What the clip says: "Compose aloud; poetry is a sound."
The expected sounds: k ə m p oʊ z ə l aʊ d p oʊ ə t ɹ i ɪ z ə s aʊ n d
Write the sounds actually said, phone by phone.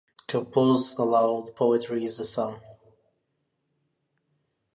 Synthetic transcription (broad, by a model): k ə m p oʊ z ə l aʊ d p oʊ ə t ɹ i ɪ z ə s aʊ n